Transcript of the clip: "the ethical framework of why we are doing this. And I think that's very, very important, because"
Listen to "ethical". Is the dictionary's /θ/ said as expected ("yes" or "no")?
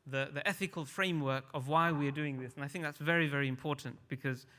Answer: yes